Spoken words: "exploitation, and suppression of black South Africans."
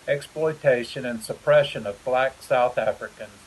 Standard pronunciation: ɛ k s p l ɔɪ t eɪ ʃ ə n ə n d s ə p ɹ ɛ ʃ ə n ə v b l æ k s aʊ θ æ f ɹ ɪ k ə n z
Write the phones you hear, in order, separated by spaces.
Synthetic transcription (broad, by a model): ɛ k s p l ɔɪ t eɪ ʃ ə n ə n s ə p ɹ ɛ ʃ ə n ə v b l æ k s aʊ θ æ f ɹ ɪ k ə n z